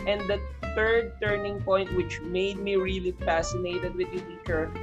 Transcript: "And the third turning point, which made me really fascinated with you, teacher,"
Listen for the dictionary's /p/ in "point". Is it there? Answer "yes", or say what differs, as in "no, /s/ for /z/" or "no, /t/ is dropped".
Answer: yes